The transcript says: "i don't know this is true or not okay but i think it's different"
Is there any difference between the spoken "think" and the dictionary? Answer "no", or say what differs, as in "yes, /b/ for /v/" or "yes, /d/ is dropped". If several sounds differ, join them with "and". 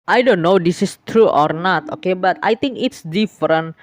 yes, /t/ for /θ/